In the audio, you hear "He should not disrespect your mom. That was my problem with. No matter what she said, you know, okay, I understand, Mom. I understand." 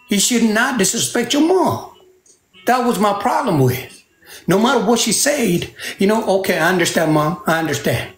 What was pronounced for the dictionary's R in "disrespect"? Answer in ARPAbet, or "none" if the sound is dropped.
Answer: none